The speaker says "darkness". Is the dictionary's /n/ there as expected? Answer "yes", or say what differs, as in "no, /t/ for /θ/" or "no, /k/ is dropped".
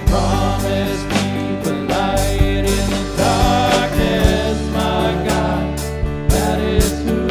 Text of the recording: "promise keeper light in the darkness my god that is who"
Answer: no, /n/ is dropped